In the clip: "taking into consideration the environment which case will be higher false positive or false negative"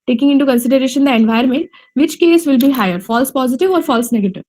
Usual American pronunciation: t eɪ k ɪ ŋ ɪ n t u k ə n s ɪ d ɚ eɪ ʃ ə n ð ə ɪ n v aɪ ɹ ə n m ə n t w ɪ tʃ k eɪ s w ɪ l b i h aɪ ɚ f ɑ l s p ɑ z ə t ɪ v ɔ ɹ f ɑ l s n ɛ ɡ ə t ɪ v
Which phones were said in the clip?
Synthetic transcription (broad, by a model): t eɪ k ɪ ŋ ɪ n t u k ə n s ɪ d ɚ eɪ ʃ ə n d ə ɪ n v aɪ ə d m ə n t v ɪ tʃ k eɪ s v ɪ l b i h aɪ ɚ f ɑ l s p ɑ z ə t ɪ v ɔ ɹ f ɑ l s n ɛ ɡ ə t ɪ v